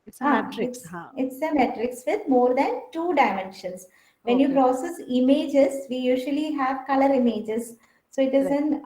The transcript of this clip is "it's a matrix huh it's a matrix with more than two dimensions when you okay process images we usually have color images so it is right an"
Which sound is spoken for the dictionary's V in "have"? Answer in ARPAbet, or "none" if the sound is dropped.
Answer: V